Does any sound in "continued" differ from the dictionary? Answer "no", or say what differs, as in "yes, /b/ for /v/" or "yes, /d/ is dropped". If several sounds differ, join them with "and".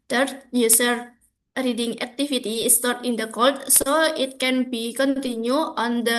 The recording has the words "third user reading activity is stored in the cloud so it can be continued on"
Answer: yes, /d/ is dropped